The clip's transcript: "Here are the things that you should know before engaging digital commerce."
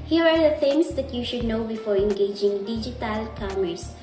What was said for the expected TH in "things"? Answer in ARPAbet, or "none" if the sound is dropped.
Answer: F